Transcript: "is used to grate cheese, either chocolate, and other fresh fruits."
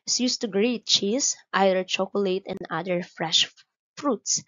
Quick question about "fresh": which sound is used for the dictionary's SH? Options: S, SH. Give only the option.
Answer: SH